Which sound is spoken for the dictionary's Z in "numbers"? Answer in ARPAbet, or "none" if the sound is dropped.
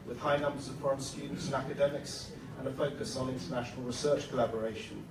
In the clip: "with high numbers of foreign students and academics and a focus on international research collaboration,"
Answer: Z